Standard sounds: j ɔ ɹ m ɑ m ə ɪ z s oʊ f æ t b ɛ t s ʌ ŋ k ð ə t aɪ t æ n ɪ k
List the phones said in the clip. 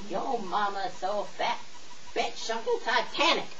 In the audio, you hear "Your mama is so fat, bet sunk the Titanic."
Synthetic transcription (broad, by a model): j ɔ m ɑ m ə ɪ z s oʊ f æ t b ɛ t ʃ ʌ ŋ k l t aɪ t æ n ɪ k